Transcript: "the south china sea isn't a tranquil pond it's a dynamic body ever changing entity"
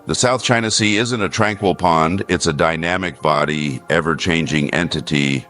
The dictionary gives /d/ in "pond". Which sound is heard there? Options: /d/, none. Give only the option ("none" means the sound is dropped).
/d/